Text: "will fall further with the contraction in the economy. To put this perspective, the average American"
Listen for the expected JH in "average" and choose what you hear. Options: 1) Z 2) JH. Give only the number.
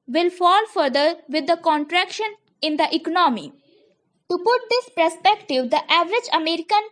2